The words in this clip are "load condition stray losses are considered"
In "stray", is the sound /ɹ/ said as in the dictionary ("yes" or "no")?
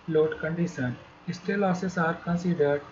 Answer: no